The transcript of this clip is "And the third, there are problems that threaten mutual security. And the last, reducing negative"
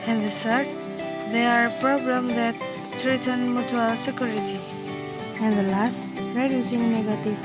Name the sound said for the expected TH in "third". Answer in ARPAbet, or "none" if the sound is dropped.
S